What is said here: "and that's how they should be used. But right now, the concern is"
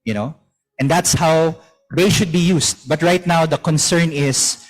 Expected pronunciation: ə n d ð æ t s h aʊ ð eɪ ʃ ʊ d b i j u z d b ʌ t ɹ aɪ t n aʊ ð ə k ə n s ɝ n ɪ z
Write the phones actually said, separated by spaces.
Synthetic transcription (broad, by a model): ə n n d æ t s h aʊ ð eɪ ʃ ʊ d b i j u s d b ʌ t ɹ aɪ t n aʊ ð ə k ə n s ɝ n ɪ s